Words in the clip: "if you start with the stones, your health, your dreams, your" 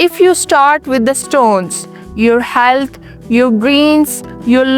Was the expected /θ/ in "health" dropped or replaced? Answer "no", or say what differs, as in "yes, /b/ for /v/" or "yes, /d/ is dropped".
yes, /t/ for /θ/